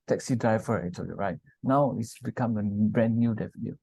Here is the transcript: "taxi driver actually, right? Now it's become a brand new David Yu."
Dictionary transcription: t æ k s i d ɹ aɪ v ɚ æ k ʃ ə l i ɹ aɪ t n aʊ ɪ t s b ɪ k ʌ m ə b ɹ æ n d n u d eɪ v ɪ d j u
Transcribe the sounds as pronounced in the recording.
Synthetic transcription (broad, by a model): t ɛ k s i d ɹ aɪ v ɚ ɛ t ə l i ɹ aɪ t n aʊ ɪ t s b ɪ k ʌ m ə b ɹ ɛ n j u d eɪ f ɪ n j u